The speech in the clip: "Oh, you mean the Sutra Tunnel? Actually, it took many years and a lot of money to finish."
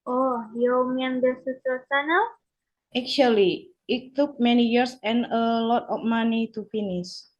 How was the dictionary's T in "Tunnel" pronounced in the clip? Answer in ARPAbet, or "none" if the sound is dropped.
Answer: S